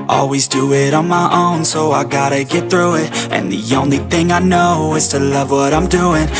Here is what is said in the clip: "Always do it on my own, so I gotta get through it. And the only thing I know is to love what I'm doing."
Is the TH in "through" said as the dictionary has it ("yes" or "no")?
yes